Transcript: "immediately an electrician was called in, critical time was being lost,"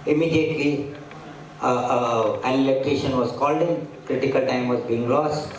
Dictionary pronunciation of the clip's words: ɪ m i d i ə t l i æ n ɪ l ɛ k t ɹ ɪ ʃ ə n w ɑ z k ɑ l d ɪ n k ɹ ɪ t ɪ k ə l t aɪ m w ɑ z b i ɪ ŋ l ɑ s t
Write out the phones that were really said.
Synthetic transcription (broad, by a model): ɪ m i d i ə t l i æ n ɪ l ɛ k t ɛ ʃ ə n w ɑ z k ɑ l d ɪ n k ɹ ɪ t ɪ k ə l t aɪ m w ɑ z b i ɪ ŋ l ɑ s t